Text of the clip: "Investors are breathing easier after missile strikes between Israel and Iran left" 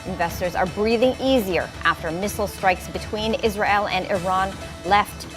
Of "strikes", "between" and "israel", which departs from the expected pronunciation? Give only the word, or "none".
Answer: none